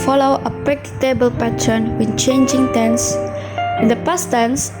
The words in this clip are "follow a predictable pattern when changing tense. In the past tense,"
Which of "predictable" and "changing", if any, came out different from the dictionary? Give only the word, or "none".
predictable